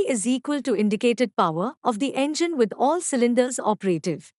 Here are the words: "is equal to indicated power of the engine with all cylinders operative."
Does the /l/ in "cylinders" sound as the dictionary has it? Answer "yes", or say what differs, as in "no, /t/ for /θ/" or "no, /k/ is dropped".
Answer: yes